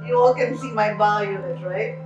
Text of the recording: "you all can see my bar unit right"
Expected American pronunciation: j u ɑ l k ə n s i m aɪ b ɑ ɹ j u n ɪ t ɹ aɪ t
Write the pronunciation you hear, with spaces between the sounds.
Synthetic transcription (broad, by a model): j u ɑ l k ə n s i m aɪ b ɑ l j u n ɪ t ɹ aɪ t